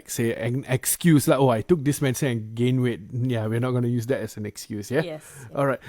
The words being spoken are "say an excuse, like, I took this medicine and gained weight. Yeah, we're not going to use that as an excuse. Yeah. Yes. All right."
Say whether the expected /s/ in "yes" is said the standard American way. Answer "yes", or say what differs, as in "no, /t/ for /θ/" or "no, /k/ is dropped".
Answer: no, /s/ is dropped